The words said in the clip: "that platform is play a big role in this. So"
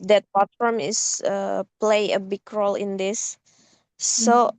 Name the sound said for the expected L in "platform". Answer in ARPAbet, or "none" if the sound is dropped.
none